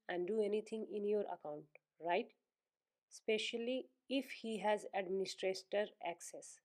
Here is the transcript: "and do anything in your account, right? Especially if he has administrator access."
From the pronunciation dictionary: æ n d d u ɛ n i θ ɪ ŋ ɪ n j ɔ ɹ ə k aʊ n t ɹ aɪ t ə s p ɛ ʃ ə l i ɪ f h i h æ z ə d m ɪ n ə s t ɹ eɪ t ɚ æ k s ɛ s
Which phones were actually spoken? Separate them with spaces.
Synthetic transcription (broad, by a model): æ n d d u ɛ n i t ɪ ŋ ɪ n j ɔ ɹ ə k aʊ n t ɹ aɪ t s p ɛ ʃ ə l i ɪ f h i h æ z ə d m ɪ n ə s t ɹ eɪ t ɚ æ k s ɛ s